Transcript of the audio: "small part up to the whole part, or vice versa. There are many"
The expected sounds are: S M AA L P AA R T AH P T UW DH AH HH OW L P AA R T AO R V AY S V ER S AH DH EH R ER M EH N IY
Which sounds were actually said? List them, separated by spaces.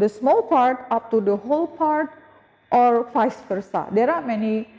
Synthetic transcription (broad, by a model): S M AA L P AA R T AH P T UW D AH HH OW L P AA R T AO R F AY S F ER S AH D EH R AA M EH N IY